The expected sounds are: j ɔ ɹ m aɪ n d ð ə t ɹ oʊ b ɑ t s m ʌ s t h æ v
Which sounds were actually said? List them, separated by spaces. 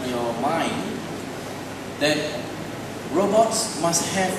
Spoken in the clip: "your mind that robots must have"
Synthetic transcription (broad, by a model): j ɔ m aɪ n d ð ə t ɹ oʊ b ɑ t s m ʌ s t h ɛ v